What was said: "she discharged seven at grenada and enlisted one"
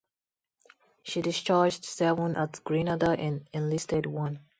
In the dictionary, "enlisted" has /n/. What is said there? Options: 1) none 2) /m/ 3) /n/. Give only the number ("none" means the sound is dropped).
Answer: 3